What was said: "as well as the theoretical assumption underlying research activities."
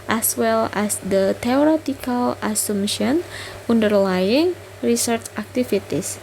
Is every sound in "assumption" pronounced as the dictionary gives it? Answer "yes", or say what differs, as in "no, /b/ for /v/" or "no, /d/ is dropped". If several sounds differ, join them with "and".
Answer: no, /p/ is dropped